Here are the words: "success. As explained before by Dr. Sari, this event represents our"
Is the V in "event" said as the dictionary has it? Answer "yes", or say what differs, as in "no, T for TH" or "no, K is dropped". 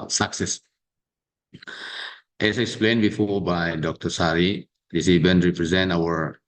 no, B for V